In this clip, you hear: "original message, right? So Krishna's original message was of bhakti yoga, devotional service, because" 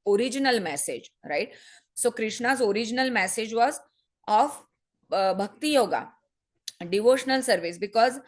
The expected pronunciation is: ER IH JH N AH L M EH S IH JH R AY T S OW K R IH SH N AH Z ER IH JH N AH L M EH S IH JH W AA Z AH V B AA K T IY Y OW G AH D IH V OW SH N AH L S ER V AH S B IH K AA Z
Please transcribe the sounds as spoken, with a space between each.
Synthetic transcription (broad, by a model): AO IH JH N AH L M EH S IH JH R AY T S OW K R IH SH N AH Z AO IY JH N AH L M EH S IH JH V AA Z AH F B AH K T IY Y OW G AH D IH V OW SH N AH L S ER V AH S B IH K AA Z